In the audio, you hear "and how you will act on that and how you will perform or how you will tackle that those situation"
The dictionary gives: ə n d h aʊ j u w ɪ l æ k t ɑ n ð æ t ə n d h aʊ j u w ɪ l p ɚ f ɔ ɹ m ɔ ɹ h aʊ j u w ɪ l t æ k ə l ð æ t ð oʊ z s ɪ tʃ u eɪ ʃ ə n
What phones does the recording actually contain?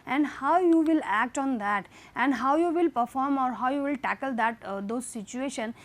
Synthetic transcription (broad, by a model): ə n d h aʊ j u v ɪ l æ k t ɑ n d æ t ə n d h aʊ j u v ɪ l p ɚ f ɔ ɹ m ɔ ɹ h aʊ j u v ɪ l t æ k ə l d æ t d oʊ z s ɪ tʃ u eɪ ʃ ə n